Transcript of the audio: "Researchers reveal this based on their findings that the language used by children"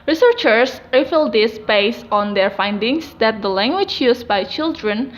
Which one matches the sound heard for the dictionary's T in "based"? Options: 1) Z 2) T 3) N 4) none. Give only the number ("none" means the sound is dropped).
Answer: 4